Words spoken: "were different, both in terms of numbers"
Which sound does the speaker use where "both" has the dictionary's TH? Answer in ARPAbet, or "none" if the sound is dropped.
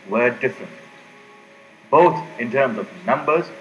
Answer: T